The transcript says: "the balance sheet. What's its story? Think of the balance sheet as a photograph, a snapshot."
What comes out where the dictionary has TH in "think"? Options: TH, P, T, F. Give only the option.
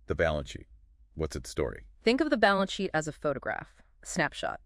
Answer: TH